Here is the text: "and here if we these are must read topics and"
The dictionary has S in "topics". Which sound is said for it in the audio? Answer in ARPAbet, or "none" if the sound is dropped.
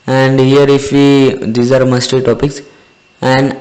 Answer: S